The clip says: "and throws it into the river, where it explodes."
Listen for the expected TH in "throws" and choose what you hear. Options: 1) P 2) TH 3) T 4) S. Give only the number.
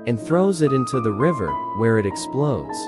2